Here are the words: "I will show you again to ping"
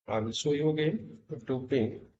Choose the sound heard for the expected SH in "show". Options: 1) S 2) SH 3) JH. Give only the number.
1